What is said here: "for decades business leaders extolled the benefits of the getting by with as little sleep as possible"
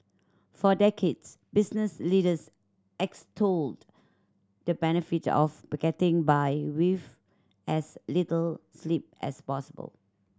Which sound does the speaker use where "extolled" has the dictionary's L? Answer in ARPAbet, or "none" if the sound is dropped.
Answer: L